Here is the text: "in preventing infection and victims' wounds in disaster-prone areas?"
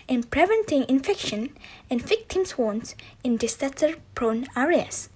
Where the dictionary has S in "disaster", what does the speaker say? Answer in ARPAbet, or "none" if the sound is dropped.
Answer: none